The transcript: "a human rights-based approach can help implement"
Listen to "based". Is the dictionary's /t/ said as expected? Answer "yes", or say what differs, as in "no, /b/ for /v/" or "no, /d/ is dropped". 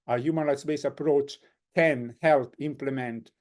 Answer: no, /t/ is dropped